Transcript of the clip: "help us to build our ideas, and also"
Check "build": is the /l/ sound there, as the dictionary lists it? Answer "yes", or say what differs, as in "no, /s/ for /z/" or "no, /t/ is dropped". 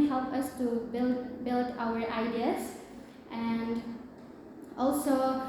yes